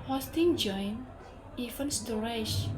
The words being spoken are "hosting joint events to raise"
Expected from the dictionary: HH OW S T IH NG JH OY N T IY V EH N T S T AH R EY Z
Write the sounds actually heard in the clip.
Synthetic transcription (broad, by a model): HH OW S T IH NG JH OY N IY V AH N S T AH R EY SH